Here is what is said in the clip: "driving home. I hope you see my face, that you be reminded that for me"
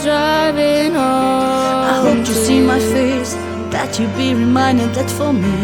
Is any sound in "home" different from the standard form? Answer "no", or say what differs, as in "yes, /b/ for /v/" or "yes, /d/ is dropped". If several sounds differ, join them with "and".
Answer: yes, /m/ is dropped